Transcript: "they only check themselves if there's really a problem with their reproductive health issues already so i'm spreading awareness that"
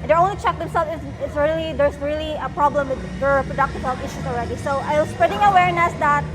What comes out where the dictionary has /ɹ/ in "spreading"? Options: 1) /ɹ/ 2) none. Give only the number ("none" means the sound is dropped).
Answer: 1